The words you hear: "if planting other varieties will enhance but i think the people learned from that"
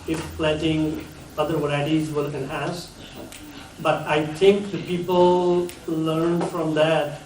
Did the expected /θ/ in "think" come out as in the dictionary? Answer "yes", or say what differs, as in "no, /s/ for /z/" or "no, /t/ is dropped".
no, /t/ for /θ/